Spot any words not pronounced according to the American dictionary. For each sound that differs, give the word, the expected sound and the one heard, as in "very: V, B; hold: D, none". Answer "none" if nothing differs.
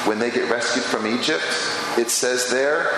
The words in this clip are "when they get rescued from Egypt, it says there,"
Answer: none